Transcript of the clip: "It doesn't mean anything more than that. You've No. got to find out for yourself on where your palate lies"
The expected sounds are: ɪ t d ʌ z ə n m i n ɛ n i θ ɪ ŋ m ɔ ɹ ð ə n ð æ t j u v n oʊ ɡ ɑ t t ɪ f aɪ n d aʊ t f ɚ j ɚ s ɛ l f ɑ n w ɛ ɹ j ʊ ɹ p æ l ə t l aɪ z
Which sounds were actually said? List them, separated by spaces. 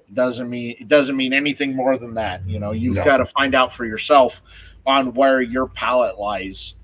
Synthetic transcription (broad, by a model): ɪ t d ʌ z ə n m i n ɛ n i θ ɪ ŋ m ɔ ɹ ð ə n ð æ t j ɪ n oʊ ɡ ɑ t t ɪ f aɪ n d aʊ t f ɚ j ɚ s ɛ l f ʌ n w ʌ ɹ j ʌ ɹ p æ l ə t l aɪ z